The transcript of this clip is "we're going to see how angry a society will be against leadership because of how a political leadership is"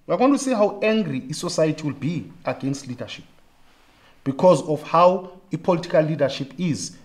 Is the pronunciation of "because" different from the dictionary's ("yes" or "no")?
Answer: no